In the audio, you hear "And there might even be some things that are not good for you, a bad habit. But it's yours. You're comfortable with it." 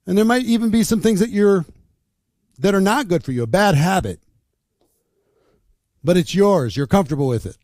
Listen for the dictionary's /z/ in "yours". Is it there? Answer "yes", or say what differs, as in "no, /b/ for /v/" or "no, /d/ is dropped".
yes